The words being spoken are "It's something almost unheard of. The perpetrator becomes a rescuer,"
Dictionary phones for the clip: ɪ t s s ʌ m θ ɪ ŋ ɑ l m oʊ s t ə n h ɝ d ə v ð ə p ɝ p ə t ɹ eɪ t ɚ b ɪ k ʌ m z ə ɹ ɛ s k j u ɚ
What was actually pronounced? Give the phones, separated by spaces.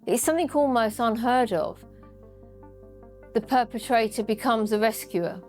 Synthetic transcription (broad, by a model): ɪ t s s ʌ m θ ɪ ŋ ɑ l m oʊ s t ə n h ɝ d ə v ð ə p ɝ p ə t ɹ eɪ t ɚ b ɪ k ʌ m z ə ɹ ɛ s k j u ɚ